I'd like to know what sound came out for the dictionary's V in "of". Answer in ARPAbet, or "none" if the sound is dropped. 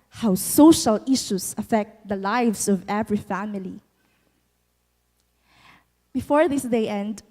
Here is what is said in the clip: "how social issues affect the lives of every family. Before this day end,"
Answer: V